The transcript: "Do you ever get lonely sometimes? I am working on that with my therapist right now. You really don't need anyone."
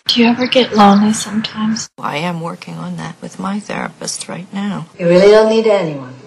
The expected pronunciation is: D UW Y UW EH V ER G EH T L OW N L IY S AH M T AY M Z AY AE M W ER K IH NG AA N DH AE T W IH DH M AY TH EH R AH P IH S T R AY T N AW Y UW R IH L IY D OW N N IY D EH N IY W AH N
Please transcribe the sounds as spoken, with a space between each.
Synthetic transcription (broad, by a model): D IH Y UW EH V ER G EH T L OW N L IY S AH M T AY M Z AY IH M W ER K IH NG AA N DH AE T W IH DH M AY TH EH R AH P IH S T R AY T N AW Y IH R IH L IY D OW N N IY D EH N IY W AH N